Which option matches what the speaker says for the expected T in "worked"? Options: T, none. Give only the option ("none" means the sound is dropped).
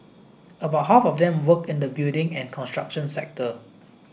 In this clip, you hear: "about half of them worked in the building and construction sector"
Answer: none